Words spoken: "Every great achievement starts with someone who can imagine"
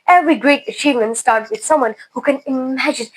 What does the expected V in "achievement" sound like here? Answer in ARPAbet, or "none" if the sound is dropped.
V